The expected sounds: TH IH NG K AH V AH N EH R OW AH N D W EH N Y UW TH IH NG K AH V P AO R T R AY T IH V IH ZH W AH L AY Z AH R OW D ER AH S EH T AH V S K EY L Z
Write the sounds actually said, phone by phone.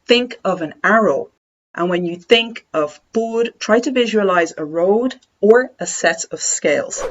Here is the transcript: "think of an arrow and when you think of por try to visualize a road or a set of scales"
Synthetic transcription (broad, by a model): TH IH NG K AH V AH N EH R OW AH N W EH N Y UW TH IH NG K AH V B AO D T R AY T IH V IH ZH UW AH L AY Z AH R OW D ER AH S EH T AH V S K EY L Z